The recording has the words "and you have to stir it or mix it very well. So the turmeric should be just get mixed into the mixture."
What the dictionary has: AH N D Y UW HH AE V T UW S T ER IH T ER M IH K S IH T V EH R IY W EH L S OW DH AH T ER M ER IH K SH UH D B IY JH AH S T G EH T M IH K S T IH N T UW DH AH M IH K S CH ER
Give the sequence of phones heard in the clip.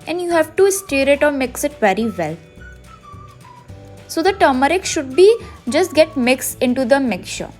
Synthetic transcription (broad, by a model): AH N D Y UW HH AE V T UW S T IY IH T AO M IH K S IH T V EH R IY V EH L S OW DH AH T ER M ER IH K SH UH D B IY JH AH S T G EH T M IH K S IH N T UW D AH M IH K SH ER